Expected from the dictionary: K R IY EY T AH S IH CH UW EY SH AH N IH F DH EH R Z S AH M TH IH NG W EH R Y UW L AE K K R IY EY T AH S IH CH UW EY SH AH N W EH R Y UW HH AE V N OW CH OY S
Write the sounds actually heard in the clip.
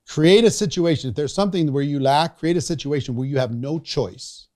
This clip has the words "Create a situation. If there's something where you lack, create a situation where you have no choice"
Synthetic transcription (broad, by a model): K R IY EY T AH S IH CH UW EY SH AH N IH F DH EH R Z S AH M TH IH NG W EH R Y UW L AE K K R IY EY T AH S IH CH UW EY SH AH N W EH R Y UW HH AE V N OW CH OY S